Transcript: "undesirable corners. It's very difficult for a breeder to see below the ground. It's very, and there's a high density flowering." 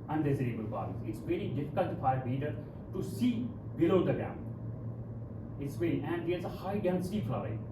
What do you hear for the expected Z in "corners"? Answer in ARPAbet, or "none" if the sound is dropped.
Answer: none